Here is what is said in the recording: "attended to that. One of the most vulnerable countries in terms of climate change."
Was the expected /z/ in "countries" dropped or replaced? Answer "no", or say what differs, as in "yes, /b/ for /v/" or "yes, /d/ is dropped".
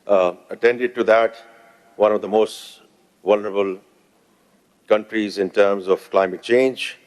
no